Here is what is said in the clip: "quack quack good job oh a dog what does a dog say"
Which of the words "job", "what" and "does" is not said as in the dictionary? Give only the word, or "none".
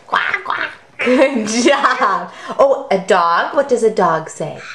job